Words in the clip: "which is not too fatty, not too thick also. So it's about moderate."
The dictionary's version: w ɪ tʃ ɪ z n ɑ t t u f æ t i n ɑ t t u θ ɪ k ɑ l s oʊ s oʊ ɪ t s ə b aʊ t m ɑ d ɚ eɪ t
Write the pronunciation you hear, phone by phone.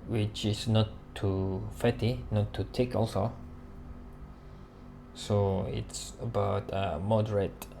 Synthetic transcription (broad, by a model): w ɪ tʃ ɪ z n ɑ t t u f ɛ t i n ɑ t t u t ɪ k ɑ l s oʊ s oʊ ɪ t s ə b aʊ t m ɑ d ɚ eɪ t